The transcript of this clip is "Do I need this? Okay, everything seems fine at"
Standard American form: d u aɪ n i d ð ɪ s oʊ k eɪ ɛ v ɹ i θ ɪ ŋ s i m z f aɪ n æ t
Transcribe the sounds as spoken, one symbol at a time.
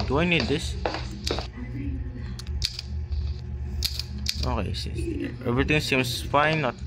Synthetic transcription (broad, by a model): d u aɪ n i d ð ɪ s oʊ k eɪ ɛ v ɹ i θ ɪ ŋ s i m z f aɪ n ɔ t